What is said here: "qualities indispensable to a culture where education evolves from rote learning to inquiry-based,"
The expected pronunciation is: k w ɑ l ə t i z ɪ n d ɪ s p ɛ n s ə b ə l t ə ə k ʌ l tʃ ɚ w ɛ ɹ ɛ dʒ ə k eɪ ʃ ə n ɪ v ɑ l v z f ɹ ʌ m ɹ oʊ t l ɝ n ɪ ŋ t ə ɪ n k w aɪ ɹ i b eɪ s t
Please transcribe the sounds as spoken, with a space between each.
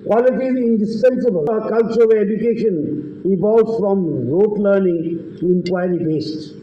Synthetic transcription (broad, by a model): k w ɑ l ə t i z ɪ n d ɪ s p ɛ n s ə b ə l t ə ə k ʌ l tʃ ɚ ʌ l ɛ dʒ ə k eɪ ʃ ə n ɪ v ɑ l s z f ɹ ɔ m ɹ oʊ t l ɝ n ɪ ŋ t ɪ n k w aɪ ɹ i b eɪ s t